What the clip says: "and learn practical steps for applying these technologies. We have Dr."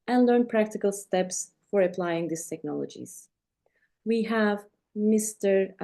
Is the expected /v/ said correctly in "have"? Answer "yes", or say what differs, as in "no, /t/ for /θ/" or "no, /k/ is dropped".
yes